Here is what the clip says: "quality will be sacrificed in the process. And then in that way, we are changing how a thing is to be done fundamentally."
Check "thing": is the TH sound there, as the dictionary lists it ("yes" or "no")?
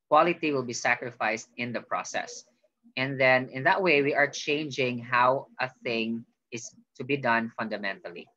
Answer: yes